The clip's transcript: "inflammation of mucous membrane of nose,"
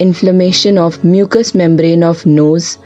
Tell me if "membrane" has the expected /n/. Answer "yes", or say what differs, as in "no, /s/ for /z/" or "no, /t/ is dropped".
yes